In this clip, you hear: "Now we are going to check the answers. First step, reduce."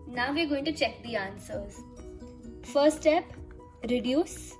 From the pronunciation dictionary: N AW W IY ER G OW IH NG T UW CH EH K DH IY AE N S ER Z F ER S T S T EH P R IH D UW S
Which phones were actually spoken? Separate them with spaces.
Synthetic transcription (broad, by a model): N AW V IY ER G OW IH NG T UW CH EH K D IY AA N S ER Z F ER T S T EH P R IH D UW S